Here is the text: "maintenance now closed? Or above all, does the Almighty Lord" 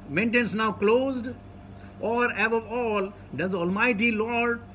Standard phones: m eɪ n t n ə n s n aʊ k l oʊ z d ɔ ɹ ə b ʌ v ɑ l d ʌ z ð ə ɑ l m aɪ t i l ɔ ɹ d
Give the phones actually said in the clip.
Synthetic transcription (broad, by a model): m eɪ n t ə n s n aʊ k l oʊ z d ɔ ɹ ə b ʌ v ɑ l d ʌ z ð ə ɑ l m aɪ t i l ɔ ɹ d